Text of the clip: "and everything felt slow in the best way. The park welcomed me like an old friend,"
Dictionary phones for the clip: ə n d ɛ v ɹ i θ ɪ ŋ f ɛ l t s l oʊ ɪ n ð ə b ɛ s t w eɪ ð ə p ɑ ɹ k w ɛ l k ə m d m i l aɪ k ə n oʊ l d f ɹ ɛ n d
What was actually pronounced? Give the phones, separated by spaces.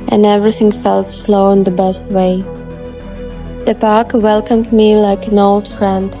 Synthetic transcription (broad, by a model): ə n ɛ v ɹ i θ ɪ ŋ f ɛ l t s l oʊ ɪ n ð ə b ɛ s t w eɪ ð ə p ɑ ɹ k w ɛ l k ə m d m i l aɪ k ə n oʊ l d f ɹ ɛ n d